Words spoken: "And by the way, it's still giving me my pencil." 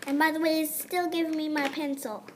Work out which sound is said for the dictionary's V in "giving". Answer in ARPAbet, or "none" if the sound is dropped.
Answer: V